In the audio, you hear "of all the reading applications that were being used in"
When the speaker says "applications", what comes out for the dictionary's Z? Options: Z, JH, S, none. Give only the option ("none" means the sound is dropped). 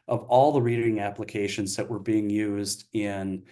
Z